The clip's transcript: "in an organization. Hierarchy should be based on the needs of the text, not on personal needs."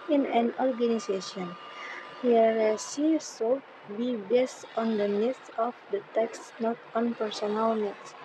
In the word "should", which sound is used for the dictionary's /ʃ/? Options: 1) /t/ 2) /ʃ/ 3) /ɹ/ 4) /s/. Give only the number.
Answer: 4